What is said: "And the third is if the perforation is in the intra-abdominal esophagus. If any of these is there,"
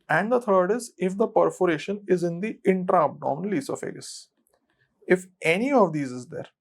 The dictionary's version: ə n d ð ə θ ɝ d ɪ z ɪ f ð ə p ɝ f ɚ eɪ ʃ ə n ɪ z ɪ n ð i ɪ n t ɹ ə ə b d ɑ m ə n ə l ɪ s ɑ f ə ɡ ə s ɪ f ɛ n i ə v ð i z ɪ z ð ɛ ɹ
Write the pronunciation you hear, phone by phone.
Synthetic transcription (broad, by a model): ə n d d ə t ɝ d ɪ z ɪ f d ə p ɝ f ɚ eɪ ʃ ə n ɪ z ɪ n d i ɪ n t ɹ ə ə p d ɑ ə n l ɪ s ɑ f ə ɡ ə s ɪ f ɛ n i ə v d i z ɪ z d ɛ ɹ